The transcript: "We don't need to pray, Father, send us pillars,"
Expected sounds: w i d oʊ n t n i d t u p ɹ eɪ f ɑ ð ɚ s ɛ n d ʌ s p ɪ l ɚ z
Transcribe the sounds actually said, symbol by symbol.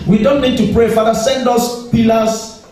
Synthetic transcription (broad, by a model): w i d oʊ n t n i d t u p ɹ eɪ f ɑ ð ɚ s ɛ n d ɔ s p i l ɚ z